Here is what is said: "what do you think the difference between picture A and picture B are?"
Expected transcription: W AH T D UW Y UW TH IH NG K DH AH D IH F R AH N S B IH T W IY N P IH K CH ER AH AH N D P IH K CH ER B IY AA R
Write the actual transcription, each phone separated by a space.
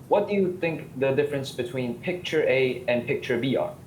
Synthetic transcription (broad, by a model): W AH T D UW Y UW TH IH NG K DH AH D IH F R AH N S B IH T W IY N P IH K CH ER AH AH N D P IH K CH ER B IY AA R